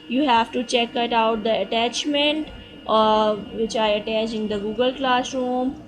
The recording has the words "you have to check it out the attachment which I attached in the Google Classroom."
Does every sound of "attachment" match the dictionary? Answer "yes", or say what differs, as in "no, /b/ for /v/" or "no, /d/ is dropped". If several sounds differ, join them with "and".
yes